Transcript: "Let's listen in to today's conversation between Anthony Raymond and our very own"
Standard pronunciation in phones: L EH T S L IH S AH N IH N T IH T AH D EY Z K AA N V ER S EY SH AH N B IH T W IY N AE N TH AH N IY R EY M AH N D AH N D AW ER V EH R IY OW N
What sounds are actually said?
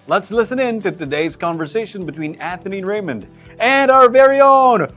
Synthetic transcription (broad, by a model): L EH T S L IH S AH N IH N T IH T AH D EY Z K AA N V ER S EY SH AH N B IH T W IY N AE TH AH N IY R EY M AH N D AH N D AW ER V EH R IY OW N